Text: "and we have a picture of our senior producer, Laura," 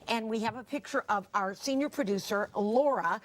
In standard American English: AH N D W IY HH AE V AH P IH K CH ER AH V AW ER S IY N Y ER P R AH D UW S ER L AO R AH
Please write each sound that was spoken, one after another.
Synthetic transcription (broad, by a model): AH N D W IY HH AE V AH P IH K CH ER AH V AW ER S IY N Y ER P R AH D UW S ER L AO R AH